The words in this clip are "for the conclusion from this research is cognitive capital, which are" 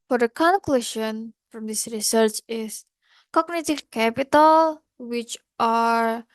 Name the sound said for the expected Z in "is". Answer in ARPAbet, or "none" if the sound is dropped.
S